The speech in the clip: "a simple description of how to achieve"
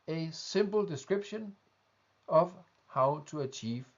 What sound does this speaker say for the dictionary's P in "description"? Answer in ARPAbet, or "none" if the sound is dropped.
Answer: B